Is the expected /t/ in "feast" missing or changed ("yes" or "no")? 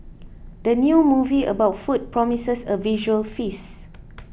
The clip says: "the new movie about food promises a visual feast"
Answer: yes